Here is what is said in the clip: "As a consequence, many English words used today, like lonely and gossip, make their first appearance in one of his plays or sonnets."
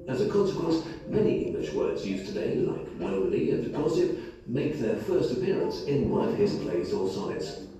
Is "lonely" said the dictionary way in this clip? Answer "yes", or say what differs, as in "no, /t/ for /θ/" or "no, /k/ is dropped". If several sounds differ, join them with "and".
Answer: no, /n/ is dropped